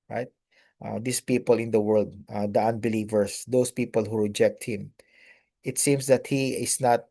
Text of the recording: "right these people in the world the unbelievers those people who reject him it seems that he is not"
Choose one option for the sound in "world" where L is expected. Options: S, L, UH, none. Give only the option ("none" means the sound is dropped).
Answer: L